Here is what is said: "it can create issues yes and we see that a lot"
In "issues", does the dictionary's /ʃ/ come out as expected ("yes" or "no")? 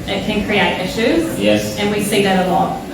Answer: yes